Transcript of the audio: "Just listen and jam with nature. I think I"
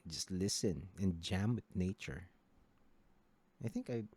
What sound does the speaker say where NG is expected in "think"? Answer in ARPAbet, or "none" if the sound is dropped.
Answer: NG